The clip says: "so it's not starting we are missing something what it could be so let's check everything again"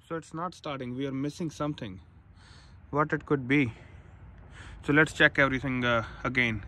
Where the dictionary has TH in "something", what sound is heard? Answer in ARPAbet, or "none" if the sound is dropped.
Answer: T